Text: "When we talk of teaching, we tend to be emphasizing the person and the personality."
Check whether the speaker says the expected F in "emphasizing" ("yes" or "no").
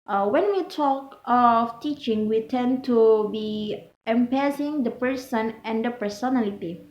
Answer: no